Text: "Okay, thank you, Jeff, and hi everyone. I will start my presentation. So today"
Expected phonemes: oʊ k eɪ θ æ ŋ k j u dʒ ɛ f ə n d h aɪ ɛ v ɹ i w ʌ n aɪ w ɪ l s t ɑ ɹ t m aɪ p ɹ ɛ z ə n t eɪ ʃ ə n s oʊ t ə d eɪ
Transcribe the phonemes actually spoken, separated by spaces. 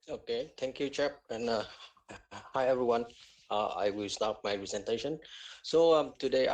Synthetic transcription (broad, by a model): oʊ k eɪ t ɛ ŋ k j u tʃ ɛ p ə n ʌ h aɪ ɛ v ɹ i w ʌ n aɪ w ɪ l s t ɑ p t m aɪ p ɹ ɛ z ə n t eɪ ʃ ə n s oʊ t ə d eɪ